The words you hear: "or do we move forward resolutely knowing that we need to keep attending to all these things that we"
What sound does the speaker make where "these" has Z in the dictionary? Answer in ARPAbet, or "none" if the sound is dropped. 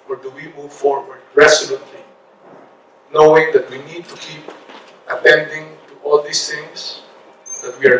S